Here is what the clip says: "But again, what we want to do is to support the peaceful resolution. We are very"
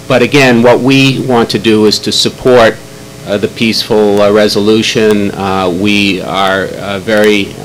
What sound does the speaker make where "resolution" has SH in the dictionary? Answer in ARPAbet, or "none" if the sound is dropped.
SH